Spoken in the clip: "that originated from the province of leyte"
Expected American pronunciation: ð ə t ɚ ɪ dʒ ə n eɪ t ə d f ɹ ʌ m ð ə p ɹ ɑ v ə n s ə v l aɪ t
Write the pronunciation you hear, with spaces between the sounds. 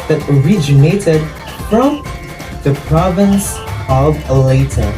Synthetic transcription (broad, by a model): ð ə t ɚ ɪ dʒ ə n eɪ t ə d f ɹ ʌ m ð ə p ɹ ɑ v ə n s ə v l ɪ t